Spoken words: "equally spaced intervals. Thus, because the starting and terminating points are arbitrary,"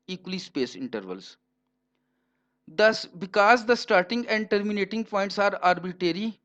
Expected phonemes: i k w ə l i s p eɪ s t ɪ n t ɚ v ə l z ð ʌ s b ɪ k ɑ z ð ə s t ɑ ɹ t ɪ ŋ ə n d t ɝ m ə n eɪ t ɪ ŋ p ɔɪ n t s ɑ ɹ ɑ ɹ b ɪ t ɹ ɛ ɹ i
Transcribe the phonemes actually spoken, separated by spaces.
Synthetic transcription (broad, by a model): i k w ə l i s p eɪ s ɪ n t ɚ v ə l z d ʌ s b ɪ k ɑ z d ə s t ɑ ɹ t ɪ ŋ ə n d t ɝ m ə n eɪ t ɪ ŋ p ɔɪ n t s ɑ ɹ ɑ ɹ b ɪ t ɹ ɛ ɹ i